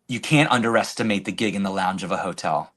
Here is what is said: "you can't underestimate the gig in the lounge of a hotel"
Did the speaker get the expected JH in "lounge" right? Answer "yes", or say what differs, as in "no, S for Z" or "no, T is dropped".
yes